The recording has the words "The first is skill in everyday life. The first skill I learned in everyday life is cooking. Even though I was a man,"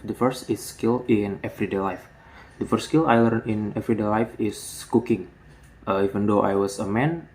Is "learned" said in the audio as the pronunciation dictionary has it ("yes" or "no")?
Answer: no